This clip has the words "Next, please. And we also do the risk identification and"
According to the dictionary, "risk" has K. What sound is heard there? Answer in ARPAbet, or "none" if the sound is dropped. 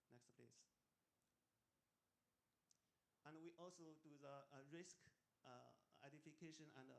K